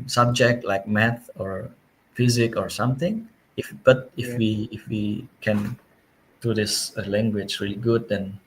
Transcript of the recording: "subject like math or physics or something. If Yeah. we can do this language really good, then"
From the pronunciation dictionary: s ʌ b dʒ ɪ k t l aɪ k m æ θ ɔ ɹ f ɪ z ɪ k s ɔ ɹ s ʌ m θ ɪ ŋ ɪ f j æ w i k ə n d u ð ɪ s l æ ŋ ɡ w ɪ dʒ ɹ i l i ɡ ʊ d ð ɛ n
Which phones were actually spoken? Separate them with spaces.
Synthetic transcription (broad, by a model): s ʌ b dʒ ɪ k t l aɪ k m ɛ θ ɔ ɹ f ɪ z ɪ k ɔ ɹ s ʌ m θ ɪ ŋ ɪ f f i w i k ə n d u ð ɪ s l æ ŋ ɡ w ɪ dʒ ɹ i l i ɡ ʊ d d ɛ n